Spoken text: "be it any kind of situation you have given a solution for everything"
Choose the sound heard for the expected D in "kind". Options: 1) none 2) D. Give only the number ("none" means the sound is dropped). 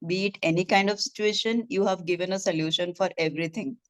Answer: 2